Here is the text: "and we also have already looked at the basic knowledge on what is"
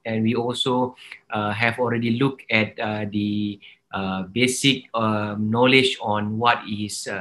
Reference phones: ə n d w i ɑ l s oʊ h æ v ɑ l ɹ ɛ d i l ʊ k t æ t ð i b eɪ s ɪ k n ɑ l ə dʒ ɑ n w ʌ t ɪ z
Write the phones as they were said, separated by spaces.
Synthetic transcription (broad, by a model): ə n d w i ɑ l s oʊ h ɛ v ɑ l ɹ ɛ d i l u k ɛ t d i b eɪ s ɪ k n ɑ l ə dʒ ɑ n w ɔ t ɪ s